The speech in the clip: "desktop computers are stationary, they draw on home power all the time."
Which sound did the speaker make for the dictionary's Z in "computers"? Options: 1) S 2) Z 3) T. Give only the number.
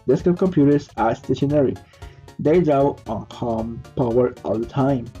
1